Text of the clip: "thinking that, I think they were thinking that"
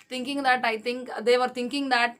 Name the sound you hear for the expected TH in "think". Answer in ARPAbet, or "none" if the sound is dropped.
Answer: T